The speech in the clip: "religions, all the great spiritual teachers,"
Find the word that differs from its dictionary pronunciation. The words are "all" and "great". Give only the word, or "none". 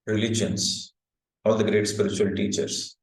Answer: none